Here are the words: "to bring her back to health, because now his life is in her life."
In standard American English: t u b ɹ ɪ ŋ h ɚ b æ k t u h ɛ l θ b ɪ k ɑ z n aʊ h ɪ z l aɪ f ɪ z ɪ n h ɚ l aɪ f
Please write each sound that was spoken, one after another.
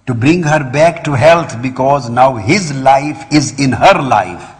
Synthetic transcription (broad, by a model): t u b ɹ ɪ ŋ h ɚ b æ k t u h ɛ l t b ɪ k ɑ z n aʊ h ɪ z l aɪ f ɪ z ɪ n h ɚ l aɪ f